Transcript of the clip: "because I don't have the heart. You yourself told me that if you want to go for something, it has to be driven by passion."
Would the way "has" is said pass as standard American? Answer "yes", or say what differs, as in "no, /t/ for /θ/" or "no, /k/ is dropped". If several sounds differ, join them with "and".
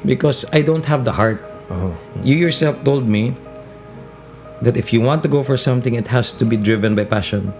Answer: no, /s/ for /z/